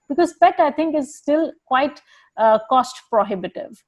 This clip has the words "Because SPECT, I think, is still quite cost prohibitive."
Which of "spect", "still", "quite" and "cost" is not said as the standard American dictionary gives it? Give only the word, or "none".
spect